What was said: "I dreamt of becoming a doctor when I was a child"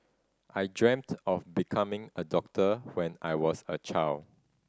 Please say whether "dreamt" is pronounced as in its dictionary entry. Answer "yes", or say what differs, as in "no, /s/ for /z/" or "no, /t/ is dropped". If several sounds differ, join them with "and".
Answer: yes